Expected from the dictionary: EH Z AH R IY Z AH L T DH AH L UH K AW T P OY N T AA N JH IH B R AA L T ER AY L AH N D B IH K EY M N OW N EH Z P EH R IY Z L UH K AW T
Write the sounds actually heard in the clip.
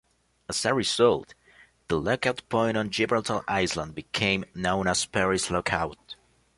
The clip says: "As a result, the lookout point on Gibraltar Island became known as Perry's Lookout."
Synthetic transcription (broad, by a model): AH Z AH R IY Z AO L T DH AH L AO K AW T P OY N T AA N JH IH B AH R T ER AY L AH N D B IH K EY M N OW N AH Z P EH R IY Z L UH K AW T